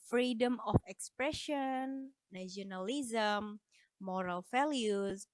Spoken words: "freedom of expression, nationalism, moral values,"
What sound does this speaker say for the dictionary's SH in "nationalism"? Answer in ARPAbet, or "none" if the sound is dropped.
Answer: none